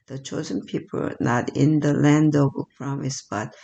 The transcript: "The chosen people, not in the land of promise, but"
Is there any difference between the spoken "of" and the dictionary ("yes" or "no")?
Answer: yes